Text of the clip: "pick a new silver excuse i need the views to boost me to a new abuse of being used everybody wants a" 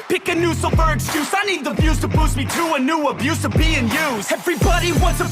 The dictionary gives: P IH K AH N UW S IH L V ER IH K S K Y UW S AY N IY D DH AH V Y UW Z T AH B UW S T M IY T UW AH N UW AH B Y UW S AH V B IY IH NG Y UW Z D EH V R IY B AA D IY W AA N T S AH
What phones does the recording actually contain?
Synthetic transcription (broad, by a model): P IH K AH N UW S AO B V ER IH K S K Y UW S AY N IY D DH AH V Y UW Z T AH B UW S M IY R UW AH N UW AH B Y UW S AH V B IY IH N Y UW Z EH V R IY B AA D IY W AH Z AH